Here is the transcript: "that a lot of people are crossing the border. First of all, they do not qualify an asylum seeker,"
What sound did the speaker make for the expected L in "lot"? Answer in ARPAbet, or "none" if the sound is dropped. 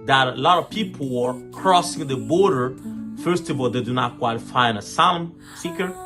L